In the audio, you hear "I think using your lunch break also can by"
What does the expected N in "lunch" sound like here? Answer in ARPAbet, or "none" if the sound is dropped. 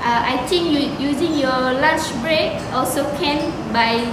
none